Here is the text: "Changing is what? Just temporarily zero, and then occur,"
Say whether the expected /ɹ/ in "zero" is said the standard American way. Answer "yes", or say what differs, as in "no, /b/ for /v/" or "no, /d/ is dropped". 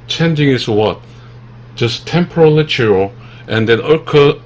no, /l/ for /ɹ/